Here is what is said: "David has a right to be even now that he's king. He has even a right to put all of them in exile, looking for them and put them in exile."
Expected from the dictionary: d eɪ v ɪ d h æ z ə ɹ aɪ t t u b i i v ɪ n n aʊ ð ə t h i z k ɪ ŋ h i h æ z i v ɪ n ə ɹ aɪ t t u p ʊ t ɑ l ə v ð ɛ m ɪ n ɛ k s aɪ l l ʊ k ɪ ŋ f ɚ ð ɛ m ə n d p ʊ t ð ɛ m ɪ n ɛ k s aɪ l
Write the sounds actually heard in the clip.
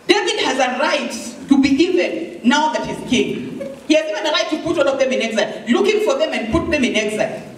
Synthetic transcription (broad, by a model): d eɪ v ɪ d h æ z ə ɹ aɪ t t u b i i v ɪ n n aʊ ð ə t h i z k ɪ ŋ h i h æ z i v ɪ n ə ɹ aɪ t t u p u t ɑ n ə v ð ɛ m ɪ n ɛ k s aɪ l l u k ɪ ŋ f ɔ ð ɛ m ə n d p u t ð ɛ m ɪ n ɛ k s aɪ